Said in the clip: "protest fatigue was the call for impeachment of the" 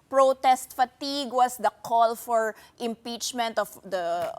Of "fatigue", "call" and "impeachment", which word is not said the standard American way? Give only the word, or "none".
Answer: none